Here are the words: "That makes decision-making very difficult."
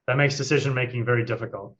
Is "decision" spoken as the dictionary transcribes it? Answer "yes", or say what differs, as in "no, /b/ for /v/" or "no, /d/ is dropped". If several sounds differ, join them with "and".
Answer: yes